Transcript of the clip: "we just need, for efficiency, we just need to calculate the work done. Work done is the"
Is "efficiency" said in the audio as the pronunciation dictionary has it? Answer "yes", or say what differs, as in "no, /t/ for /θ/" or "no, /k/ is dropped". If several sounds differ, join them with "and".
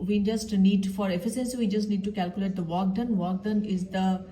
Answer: no, /s/ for /ʃ/